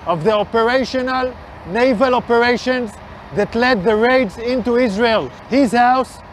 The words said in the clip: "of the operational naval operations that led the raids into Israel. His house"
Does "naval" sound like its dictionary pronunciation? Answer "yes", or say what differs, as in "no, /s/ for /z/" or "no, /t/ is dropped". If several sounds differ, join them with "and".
yes